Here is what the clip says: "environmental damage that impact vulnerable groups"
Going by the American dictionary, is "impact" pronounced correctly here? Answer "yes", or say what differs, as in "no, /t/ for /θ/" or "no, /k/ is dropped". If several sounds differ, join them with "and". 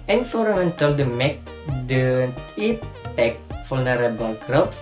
no, /m/ is dropped